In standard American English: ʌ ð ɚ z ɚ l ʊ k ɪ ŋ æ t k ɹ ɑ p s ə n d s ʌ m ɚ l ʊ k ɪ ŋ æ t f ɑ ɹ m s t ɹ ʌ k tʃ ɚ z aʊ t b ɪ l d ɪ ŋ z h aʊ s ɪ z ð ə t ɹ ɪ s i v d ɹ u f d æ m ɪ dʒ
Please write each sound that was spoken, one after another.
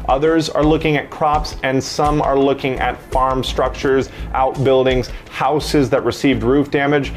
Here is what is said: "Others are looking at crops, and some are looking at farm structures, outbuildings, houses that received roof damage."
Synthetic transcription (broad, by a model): ʌ ð ɚ z ɚ l ʊ k ɪ ŋ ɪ t k ɹ ɑ p s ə n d s ʌ m ɚ l ʊ k ɪ ŋ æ t f ɑ ɹ m s t ɹ ʌ k tʃ ɚ z aʊ t b ɪ l d ɪ ŋ z h aʊ s ɪ z ð ə t ɹ ɪ s i v d ɹ u f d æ m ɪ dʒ